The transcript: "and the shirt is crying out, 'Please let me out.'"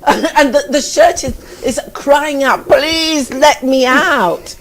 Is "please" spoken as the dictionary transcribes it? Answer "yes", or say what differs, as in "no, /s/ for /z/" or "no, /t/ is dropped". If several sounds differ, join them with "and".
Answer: yes